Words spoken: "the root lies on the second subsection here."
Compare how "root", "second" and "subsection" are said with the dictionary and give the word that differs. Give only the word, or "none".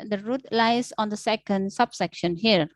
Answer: none